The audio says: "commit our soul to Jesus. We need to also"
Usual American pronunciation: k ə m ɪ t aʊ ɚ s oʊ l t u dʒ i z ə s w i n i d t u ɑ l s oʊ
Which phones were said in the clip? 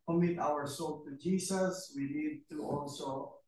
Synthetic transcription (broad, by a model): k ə m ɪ t aʊ ɚ s oʊ l t u dʒ i s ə s w i n i d t u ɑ l s oʊ